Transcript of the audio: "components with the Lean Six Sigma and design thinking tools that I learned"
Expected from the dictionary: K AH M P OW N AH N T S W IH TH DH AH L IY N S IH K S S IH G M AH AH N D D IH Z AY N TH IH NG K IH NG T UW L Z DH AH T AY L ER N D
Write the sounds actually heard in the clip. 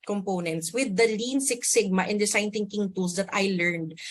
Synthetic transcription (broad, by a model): K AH M P OW N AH N T S W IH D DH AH L IY N S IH K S S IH G M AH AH N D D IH S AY N T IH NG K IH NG T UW L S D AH T AY L ER N D